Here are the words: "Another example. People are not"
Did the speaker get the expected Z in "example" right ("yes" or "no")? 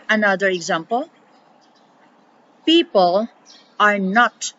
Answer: yes